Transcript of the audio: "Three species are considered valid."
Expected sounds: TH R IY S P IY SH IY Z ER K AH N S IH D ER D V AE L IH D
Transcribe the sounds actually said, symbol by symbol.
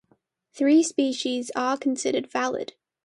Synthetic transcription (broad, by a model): TH R IY S P IY SH IY Z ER K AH N S IH D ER D V AE L IH D